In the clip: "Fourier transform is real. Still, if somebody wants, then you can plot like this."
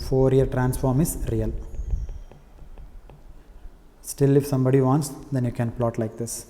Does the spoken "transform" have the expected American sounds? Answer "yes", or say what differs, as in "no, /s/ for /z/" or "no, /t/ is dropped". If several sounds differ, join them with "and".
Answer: yes